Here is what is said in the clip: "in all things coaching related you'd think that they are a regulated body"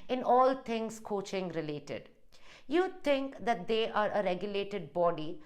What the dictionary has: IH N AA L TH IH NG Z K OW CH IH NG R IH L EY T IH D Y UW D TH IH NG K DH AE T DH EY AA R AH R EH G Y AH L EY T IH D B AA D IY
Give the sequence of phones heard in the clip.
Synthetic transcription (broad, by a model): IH N AA L T IH NG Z K OW CH IH NG R IH L EY T IH D Y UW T IH NG K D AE T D EY AA R AH R EH G Y AH L EY T IH D B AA D IY